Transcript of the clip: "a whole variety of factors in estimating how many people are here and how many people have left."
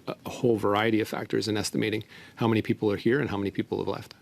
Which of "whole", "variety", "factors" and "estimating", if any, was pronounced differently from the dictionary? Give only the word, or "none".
none